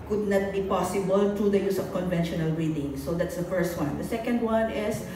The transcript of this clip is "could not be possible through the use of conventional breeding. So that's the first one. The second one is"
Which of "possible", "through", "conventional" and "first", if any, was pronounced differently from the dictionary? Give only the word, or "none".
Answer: through